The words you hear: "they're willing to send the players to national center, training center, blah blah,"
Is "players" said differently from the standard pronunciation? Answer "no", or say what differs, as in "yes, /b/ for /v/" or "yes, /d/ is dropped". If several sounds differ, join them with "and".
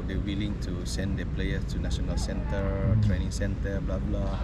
yes, /z/ is dropped